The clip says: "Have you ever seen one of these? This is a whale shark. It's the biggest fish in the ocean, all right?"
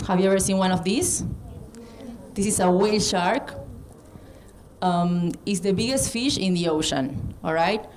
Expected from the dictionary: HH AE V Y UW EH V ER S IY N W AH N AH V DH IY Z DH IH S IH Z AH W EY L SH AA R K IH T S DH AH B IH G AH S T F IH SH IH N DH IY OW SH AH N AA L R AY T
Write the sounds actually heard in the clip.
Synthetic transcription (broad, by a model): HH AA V Y UW EH V ER S IY N W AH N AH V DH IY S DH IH S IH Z AH W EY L SH AA R K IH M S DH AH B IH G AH S T F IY SH IH N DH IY OW SH AH N AA L R AY T